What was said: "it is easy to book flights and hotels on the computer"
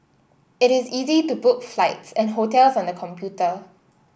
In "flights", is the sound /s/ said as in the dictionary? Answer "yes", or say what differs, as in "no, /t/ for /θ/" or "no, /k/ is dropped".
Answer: yes